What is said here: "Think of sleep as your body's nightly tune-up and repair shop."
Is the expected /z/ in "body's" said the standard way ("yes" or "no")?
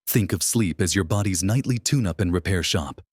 yes